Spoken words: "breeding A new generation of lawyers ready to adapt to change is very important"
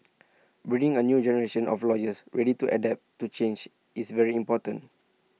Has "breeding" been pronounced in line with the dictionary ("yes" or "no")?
no